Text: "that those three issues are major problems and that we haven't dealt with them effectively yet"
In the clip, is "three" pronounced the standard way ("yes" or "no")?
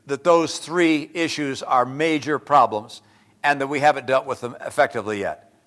yes